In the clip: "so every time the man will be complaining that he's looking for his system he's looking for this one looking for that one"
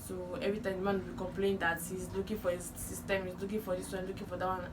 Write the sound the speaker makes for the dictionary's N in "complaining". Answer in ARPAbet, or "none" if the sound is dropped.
none